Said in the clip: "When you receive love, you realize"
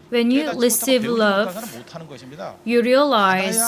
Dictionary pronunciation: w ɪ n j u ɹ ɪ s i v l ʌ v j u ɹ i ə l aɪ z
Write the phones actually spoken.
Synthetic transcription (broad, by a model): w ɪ n j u l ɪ s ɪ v l ʌ v j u ɹ i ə l aɪ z